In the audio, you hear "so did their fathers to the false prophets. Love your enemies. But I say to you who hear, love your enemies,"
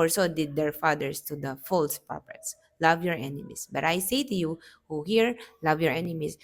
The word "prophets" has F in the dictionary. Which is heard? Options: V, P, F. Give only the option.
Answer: P